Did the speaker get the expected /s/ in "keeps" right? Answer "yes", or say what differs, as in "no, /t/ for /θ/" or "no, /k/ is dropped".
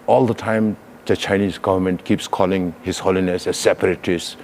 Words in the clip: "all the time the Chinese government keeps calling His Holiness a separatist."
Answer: yes